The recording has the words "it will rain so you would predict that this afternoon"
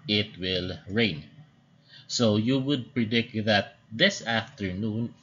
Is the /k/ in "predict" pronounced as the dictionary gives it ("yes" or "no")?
yes